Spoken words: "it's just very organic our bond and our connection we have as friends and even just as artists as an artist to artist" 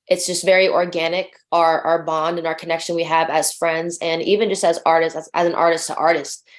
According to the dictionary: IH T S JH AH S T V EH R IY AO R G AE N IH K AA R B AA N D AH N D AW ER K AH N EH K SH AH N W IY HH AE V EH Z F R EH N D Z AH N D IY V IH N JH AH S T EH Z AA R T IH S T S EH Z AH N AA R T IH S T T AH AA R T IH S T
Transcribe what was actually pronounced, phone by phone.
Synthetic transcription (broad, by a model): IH T S JH AH S T V EH R IY AO R G AE N IH K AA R B AA N D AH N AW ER K AH N EH K SH AH N W IY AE V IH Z F R EH N D Z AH N IY V IH N JH AH S T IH Z AA R T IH S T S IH Z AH N AA R T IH S T T AA R T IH S T